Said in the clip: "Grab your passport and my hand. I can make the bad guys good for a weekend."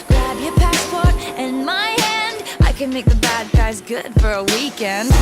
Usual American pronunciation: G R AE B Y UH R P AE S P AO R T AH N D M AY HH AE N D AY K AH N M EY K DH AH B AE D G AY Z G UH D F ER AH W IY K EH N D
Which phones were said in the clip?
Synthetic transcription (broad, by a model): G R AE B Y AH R P AE S P AO R T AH N M AY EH N D AY K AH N M EY K DH AH B AE D G AY Z G UH D F ER AH W IY K EH N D